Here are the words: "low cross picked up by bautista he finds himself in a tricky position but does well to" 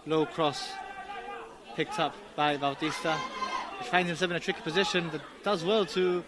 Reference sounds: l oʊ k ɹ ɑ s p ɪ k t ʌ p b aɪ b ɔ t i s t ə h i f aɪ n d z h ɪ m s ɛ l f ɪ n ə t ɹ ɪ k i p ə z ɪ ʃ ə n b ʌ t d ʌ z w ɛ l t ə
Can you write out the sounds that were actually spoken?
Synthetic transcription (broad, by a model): l oʊ k ɹ ɑ s p ɪ k t ʌ p b aɪ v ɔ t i s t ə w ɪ f aɪ n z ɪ m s ɛ l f ɪ n ə t ɹ ɪ k i p ə z ɪ ʃ ə n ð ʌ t d ʌ z w ɛ l t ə